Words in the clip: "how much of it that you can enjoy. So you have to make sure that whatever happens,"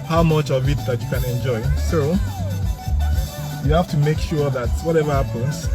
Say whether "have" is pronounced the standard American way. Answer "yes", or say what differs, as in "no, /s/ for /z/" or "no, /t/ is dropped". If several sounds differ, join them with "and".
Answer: no, /f/ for /v/